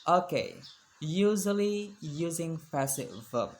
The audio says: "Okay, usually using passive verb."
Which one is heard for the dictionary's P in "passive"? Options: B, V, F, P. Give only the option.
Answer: F